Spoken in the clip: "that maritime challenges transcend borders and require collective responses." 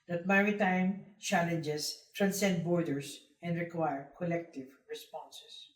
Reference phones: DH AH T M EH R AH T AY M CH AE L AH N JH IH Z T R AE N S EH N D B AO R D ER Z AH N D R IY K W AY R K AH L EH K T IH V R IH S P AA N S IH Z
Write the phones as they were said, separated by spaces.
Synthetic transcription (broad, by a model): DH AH T M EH R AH T AY M CH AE L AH N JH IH S T R AE N S EH N D B AO R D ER S AH N D R IY K W AY R K AH L EH K T IH V R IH S P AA N S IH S